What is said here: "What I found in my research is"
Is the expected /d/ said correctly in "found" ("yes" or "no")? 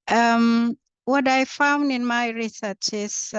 yes